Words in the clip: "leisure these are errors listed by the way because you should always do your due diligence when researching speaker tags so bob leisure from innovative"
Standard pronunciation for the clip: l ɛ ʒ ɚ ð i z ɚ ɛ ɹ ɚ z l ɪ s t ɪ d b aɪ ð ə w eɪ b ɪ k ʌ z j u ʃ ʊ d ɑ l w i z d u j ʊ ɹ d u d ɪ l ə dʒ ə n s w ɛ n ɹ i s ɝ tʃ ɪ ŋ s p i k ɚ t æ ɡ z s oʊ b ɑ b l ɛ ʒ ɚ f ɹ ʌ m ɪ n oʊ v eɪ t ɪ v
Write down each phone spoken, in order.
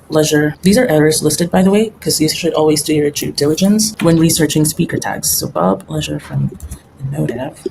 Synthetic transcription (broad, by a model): l ɛ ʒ ɚ ð i z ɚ ɛ ɹ ɚ z l ɪ s t ɪ d b aɪ ð ə w eɪ ɪ k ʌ z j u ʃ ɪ d ɑ l w i z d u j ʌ ɹ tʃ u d ɪ l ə dʒ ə n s w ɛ n ɹ i s ɝ tʃ ɪ ŋ s p i k ɚ t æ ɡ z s oʊ b ɑ b l ɛ ʒ ɚ f ɹ ʌ m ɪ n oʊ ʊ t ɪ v